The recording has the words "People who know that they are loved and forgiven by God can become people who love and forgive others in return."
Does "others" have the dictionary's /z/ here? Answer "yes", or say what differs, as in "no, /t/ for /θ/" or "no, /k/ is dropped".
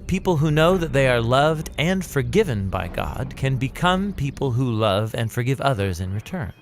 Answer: yes